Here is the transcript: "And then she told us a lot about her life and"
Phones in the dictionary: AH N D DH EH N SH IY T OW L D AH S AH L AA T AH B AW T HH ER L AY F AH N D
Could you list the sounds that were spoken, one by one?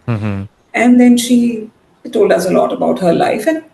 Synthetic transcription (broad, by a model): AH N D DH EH N SH IY T OW L D AH S AH L AA T AH B AW T HH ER L AY F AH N